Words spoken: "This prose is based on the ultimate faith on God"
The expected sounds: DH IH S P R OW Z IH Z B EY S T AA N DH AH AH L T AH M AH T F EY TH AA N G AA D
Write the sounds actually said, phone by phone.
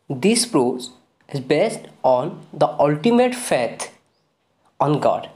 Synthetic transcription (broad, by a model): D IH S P R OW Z IH Z B EY S T AA N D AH AH L T AH M AH T F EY T AA N G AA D